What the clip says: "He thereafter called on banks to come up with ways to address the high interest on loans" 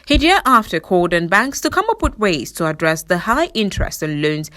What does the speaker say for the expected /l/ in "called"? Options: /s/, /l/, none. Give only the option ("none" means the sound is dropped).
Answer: none